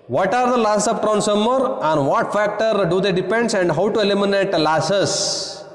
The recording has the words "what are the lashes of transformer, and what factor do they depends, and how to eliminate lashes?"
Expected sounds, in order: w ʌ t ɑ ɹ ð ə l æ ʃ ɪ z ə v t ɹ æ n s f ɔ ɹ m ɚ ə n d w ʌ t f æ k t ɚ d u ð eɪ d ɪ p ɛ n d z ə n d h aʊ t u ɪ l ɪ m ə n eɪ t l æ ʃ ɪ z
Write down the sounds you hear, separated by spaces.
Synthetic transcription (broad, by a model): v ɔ t ɑ ɹ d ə l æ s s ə p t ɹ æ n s ɔ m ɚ ə n d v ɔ t f æ k t ɚ d u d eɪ d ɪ p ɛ n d s ə n d h aʊ t u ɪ l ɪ m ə n eɪ t l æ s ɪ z